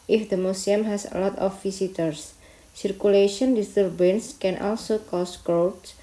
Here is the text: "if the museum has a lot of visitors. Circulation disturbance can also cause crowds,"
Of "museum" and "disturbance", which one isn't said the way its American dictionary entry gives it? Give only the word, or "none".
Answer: museum